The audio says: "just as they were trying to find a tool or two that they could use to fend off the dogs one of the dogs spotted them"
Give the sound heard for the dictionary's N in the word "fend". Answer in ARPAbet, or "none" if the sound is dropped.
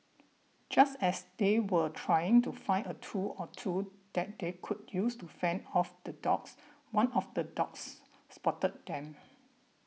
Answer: N